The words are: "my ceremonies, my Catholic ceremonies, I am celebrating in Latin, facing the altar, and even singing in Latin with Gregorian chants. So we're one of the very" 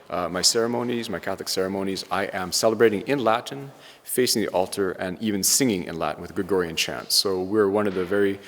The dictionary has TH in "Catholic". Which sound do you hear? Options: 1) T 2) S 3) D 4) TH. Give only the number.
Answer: 4